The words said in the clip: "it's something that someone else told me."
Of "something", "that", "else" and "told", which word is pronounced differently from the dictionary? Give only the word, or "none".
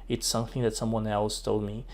none